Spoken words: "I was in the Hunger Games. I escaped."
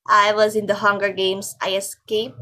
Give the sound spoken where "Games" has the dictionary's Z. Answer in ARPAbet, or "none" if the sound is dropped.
S